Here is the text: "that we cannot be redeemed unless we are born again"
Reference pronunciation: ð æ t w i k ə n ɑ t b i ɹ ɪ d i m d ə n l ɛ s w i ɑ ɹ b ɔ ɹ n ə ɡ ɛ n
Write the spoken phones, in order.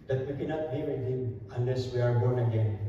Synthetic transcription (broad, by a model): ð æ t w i k ə n ɑ t b i w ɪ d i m ə n l ɛ s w i ɑ ɹ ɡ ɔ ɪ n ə ɡ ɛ n